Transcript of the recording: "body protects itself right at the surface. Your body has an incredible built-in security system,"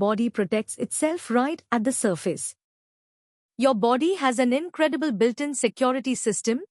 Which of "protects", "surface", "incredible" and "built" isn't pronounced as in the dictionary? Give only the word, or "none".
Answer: none